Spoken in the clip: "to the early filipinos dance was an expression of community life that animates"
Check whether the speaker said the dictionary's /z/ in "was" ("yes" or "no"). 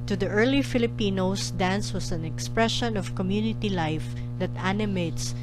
no